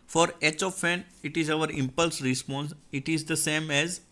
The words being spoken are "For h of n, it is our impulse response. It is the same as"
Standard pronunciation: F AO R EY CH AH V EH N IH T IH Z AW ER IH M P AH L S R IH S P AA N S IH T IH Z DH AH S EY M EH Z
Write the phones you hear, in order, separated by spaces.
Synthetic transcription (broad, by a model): F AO R EY CH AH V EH N IH T IH Z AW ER IH M P AH L S R IH S P AA N S IH T IH Z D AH S EY M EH Z